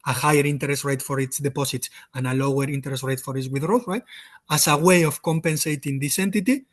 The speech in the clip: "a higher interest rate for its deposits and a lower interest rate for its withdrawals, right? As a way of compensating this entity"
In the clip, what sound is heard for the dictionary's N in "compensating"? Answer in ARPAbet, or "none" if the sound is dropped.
N